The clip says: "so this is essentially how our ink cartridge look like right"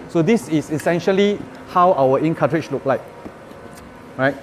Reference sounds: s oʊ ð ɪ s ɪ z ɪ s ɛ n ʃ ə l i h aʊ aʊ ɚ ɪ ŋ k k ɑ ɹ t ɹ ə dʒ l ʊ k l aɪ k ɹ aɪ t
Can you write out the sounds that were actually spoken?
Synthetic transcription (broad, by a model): s oʊ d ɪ s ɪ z ɪ s ɛ n ʃ ə l i h aʊ aʊ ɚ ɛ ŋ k k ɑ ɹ ɹ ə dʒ l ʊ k l aɪ k ɹ aɪ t